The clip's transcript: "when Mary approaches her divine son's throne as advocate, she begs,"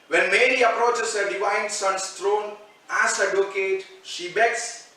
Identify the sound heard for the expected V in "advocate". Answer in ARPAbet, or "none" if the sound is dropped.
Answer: none